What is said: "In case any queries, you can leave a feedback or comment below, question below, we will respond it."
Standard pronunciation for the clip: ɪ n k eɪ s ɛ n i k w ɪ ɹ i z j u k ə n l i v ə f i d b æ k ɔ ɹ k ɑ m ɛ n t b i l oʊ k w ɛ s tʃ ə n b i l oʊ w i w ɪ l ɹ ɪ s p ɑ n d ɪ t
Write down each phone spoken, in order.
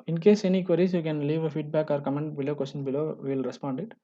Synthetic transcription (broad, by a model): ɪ n k eɪ s ɛ n i k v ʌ ɹ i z j u k ə n l i v ə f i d b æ k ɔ ɹ k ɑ m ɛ n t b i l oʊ k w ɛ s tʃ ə n b i l oʊ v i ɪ l ɹ ɪ s p ɑ n d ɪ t